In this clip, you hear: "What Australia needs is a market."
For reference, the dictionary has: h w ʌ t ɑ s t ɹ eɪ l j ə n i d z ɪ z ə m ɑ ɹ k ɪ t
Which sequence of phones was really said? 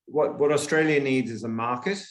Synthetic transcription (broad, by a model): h w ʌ t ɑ s t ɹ eɪ l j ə n i d z ɪ z ə m ɑ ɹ k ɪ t